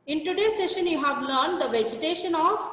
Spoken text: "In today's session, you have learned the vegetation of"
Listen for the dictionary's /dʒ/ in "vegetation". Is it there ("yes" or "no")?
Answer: yes